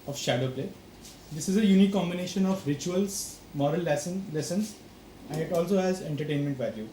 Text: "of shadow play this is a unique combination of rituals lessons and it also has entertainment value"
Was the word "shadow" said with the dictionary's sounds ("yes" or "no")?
yes